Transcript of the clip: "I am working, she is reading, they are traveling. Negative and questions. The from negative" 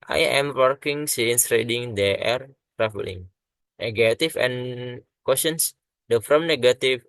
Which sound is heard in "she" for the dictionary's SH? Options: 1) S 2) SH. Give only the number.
1